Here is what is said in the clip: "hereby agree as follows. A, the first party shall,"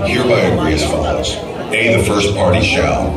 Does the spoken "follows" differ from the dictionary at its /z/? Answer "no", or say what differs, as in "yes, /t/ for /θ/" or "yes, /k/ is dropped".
yes, /z/ is dropped